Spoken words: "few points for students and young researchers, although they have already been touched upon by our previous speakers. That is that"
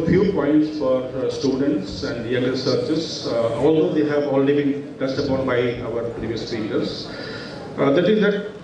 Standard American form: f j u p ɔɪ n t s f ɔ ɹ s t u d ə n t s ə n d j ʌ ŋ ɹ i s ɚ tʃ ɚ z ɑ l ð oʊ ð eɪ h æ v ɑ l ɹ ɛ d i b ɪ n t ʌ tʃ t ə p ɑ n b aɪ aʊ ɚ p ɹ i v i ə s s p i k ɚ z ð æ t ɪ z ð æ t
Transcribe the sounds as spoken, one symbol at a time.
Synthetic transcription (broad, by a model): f j u p ɔɪ n t s f ɔ ɹ s t u d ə n t s ə n d j ʌ ŋ ɹ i s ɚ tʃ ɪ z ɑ l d oʊ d eɪ h æ v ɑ l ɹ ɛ d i b ɪ n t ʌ s t ə p ɑ n b aɪ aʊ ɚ p ɹ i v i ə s s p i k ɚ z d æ t ɪ z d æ t